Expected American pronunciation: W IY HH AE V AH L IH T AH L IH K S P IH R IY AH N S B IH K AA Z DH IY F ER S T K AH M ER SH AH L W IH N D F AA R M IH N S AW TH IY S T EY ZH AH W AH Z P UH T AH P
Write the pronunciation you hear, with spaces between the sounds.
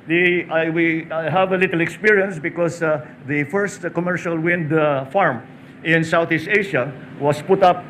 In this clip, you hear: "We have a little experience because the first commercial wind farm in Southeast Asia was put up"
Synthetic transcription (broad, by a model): W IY HH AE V AH L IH T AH L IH K S P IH R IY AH N S B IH K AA S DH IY F ER S T K AH M ER SH AH L W IH N D F AA R M IH N S AW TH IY S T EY SH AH W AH S P UH T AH P